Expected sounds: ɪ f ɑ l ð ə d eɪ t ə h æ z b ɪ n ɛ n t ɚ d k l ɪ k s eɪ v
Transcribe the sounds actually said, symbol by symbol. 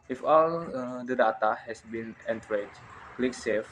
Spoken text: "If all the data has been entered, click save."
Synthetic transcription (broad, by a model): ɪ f ɑ l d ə d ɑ t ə h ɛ s b ɪ n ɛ n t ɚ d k l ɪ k s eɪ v